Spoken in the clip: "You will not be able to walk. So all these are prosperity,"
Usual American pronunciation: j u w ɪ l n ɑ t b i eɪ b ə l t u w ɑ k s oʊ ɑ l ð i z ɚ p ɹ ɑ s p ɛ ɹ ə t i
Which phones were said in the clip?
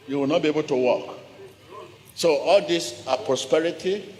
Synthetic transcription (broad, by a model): j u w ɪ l n ɑ t b i eɪ b ə l t u w ɑ k s oʊ ɑ l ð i s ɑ p ɹ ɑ s p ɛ ɹ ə t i